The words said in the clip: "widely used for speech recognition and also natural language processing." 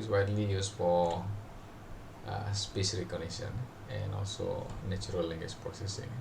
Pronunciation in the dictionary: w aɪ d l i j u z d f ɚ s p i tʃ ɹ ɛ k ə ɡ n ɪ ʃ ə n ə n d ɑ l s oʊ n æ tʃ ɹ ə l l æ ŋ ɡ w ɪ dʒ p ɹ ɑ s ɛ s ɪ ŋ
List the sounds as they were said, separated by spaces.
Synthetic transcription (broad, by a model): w aɪ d l i j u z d f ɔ s p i s ɹ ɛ k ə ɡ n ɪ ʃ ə n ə n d ɑ l s oʊ n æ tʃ ɹ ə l l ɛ ŋ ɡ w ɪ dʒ p ɹ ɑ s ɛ s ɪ ŋ